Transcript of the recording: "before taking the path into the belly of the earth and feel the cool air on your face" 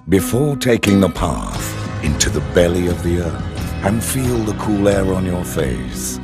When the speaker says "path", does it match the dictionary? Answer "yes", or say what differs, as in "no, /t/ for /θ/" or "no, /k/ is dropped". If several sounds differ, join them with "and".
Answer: yes